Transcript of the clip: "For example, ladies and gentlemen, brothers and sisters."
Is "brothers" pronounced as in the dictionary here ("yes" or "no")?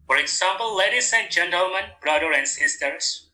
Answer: no